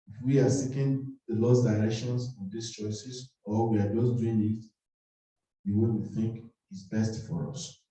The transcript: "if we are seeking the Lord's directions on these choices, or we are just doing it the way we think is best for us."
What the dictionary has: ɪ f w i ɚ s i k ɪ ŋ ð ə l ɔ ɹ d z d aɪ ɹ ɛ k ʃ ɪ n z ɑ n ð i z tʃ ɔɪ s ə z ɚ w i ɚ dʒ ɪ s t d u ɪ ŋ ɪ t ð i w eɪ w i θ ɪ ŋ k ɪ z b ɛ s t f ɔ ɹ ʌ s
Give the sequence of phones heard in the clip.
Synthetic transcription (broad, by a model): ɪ f w i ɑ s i k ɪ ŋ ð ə l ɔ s d aɪ ɹ ɛ k ʃ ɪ n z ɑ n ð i s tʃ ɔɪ s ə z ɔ w i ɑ dʒ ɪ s d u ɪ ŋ ɪ t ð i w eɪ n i θ ɪ ŋ k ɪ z b ɛ s t f ɔ ɹ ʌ s